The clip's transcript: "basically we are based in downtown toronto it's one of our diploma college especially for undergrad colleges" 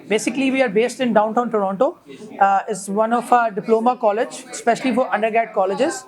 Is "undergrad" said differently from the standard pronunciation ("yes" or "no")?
yes